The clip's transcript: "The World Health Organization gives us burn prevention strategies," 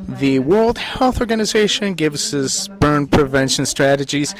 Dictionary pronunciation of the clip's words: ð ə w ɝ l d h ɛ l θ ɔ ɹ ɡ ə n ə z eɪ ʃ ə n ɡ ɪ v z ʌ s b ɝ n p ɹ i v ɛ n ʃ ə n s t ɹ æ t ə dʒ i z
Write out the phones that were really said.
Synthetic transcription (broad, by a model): ð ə w ɝ l d h ɛ l θ ɔ ɹ ɡ ə n ə z eɪ ʃ ə n ɡ ɪ v z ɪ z b ɝ n p ɹ i v ɛ n ʃ ə n s t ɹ æ t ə dʒ i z